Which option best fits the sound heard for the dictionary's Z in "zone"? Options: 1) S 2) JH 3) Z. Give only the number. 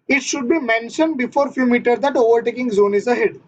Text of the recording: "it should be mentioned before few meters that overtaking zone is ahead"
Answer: 3